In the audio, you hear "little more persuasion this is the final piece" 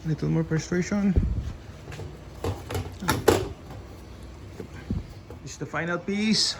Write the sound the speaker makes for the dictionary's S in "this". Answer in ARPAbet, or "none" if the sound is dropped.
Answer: none